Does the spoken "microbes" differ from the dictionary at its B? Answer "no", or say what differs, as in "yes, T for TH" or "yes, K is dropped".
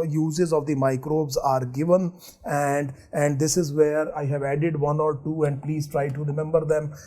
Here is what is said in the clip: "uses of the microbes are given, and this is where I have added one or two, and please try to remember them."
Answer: no